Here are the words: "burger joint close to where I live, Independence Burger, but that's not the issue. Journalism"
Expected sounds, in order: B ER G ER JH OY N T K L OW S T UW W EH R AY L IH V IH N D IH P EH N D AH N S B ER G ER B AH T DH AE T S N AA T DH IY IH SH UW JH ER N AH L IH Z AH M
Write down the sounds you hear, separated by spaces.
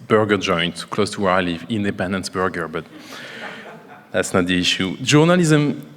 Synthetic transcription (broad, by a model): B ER G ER JH OY N T K L OW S T UW W EH R AY L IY V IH N D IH P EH N D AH N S B ER G ER B AH T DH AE T S N AA T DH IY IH SH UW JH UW N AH L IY Z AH M